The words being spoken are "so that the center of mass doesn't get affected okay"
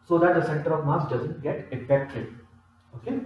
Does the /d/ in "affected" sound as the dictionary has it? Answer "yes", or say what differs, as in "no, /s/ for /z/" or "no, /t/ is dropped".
no, /d/ is dropped